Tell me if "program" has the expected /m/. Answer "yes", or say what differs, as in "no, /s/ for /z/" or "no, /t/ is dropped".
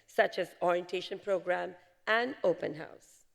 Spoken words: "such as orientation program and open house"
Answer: yes